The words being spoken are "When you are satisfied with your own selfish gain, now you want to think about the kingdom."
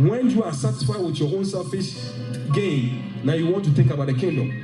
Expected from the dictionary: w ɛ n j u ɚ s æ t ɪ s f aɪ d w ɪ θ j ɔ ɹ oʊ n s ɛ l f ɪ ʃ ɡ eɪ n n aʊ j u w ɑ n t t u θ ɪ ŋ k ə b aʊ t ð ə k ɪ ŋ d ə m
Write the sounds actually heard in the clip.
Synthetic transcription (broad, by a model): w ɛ n j u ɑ s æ t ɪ s f aɪ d w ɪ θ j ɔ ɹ oʊ n s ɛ f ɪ s ɡ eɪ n n aʊ j u w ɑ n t t u θ ɪ ŋ k ə b aʊ t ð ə k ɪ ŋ d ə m